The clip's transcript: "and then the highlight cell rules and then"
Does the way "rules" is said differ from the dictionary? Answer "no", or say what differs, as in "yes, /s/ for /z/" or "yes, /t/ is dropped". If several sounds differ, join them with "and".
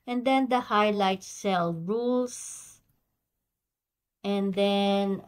yes, /s/ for /z/